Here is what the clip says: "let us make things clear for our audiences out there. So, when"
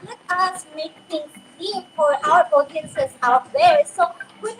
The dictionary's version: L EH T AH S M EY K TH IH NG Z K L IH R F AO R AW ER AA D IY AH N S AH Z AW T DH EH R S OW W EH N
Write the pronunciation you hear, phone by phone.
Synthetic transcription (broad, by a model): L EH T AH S M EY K T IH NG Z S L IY F AO R AW ER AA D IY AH N S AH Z AW T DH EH R S OW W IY